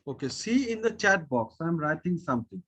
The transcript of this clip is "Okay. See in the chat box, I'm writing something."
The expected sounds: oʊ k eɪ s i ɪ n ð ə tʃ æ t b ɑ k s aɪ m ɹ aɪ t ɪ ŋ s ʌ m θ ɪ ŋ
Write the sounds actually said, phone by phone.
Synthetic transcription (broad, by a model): oʊ k eɪ s i ɪ n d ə tʃ æ t b ɑ k s aɪ m ɹ aɪ t ɪ ŋ s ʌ m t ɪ ŋ